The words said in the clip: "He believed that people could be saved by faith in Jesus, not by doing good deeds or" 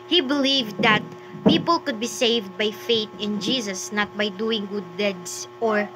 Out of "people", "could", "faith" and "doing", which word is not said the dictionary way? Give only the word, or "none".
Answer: faith